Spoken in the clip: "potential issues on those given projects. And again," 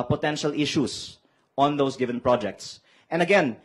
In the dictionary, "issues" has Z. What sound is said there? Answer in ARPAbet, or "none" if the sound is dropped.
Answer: S